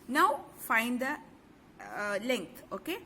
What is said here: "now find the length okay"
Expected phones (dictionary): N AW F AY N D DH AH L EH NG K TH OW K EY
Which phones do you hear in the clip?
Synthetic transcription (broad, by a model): N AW F AY N D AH L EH NG K T OW K EY